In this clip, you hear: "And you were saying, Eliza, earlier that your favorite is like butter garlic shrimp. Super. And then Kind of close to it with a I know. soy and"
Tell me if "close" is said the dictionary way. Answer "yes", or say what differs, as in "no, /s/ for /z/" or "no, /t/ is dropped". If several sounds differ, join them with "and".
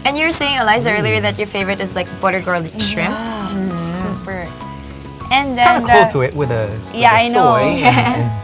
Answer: no, /s/ is dropped